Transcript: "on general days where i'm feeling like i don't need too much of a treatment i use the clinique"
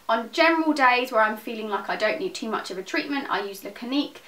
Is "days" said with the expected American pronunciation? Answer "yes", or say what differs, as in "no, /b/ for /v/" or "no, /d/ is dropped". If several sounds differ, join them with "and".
yes